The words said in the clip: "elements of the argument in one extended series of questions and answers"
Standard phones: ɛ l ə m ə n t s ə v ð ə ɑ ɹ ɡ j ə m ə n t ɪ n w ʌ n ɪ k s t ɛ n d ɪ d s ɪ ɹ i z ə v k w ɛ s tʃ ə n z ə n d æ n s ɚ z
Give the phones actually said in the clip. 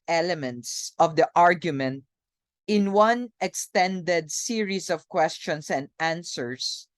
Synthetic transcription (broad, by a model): ɛ l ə m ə n t s ə v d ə ɑ ɹ ɡ j ə m ə n t ɪ n w ʌ n ɪ k s t ɛ n d ɪ d s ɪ ɹ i s ə v k w ɛ s tʃ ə n s ə n d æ n s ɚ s